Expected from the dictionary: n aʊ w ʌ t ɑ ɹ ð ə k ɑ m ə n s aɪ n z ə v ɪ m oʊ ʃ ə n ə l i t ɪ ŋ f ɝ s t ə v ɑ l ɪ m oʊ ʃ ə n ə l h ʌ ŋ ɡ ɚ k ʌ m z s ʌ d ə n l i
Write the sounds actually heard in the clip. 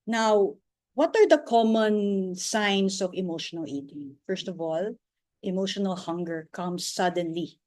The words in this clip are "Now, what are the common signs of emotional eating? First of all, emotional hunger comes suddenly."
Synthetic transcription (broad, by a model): n aʊ w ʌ t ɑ ɹ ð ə k ɑ m ə n s aɪ n s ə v ɪ m oʊ ʃ ə n ə l i t ɪ ŋ f ɝ s t ə v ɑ l ɪ m oʊ ʃ ə n ə l h ʌ ŋ ɡ ɚ k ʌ m s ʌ d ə n l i